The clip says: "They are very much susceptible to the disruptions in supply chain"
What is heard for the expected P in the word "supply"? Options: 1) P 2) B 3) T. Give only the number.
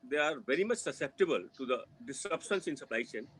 1